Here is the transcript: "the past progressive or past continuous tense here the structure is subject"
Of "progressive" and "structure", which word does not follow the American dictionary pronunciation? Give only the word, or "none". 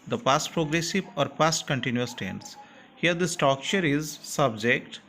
structure